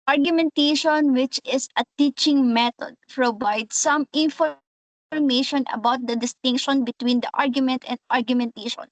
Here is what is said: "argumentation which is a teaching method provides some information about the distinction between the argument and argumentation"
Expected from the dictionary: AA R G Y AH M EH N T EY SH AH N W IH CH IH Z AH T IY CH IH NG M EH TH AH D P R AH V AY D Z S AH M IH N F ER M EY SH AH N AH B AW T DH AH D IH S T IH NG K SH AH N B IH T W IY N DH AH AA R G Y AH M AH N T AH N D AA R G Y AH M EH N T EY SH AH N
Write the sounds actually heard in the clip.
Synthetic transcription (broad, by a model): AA R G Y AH M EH N T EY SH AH N W IH CH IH S AH T IY CH IH NG M EH T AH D P R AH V AY D S AH M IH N F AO M EY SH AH N AH B AW T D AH D IH S T IH NG K SH AH N B IH T W IY N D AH AA R G Y AH M AH N T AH N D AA R G Y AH M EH N T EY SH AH N